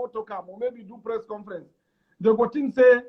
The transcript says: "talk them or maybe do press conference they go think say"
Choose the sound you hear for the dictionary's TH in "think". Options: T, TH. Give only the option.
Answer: T